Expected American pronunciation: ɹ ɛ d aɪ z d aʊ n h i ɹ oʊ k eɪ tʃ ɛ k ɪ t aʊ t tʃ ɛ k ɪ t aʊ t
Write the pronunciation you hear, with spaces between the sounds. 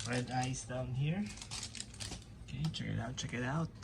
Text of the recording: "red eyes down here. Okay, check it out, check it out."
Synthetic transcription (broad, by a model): ɹ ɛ d aɪ s d aʊ n h i ɹ oʊ k eɪ tʃ ɛ k ɪ t aʊ t tʃ ɛ k ɪ t aʊ t